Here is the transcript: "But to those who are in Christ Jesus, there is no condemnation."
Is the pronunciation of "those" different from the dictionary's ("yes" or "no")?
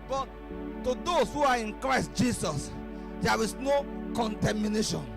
yes